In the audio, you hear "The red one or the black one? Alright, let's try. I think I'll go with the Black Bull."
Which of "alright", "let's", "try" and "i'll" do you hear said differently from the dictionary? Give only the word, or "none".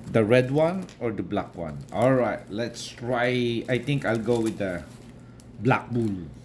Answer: none